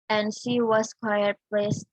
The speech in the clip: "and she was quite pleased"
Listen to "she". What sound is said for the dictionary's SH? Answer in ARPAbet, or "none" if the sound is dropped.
SH